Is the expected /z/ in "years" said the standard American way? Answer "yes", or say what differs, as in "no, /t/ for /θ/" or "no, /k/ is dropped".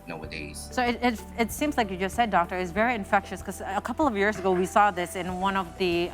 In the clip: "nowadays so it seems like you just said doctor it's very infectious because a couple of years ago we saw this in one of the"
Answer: yes